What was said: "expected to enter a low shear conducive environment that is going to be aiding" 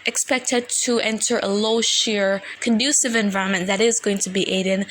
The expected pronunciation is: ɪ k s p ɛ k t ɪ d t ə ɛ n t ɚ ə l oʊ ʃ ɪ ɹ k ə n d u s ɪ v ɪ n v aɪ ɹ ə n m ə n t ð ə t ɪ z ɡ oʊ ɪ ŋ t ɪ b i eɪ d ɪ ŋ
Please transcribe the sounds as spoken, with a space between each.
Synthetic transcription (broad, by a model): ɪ k s p ɛ k t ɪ d t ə ɛ n t ɚ ə l oʊ ʃ ɪ ɹ k ə n d u s ɪ v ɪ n v aɪ ɹ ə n m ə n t ð ə t ɪ z ɡ oʊ ɪ ŋ t ɪ b i eɪ d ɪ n